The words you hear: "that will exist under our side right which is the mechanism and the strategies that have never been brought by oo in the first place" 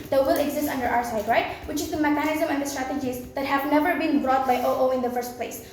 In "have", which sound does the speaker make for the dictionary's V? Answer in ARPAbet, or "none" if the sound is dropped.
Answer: V